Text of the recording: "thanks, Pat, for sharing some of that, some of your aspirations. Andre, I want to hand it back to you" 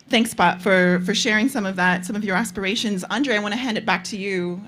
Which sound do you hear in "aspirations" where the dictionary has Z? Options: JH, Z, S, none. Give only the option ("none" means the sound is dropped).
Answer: Z